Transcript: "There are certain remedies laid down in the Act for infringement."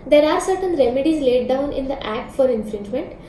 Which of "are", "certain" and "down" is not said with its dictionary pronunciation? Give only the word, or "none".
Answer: none